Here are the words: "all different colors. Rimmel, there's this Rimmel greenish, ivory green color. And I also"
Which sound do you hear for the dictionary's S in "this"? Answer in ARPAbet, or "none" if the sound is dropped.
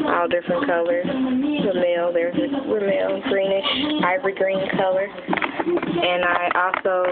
none